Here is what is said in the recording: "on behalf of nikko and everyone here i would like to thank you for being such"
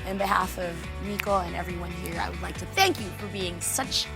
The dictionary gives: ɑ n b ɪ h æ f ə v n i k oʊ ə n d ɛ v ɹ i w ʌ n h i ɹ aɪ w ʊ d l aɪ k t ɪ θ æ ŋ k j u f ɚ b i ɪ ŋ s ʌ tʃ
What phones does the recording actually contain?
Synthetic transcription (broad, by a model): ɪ n b ɪ h æ f ə v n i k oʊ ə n ɛ v ɹ i w ʌ n h i ɹ aɪ w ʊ d l aɪ k t ɪ θ æ ŋ k j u f ɚ b i ɪ ŋ s ʌ tʃ